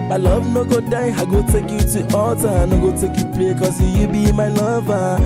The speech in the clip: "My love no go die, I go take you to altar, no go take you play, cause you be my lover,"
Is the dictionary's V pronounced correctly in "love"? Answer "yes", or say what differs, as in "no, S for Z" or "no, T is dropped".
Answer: no, B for V